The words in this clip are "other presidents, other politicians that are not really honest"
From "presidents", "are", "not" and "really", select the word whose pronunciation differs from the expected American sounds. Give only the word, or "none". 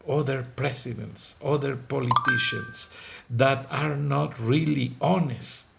presidents